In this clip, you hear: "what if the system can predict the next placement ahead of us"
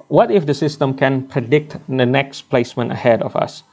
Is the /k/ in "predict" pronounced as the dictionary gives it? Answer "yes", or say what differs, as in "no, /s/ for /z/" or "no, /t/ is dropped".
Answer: yes